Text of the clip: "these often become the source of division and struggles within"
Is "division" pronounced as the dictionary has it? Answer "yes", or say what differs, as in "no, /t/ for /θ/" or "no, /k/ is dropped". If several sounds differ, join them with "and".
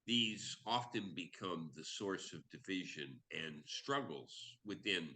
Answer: yes